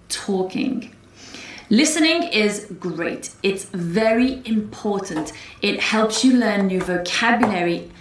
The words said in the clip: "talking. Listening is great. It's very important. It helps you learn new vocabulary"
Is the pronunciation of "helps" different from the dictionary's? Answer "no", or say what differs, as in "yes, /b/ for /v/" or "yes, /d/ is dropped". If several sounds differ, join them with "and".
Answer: no